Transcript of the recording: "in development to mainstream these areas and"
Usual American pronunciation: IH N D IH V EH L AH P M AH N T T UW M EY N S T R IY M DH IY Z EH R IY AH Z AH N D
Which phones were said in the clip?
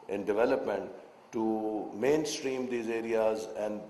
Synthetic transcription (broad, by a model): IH N D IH V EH L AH P M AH N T T UW M EY N S T R IY M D IY Z EH R IY AH Z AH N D